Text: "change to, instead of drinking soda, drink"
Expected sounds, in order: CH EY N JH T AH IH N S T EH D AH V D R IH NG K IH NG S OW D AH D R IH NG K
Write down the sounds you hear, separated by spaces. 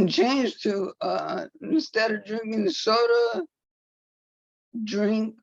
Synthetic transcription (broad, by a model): CH EY N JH T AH IH N S T EH D AH V D R IH NG K IH NG S OW D AH D R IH NG K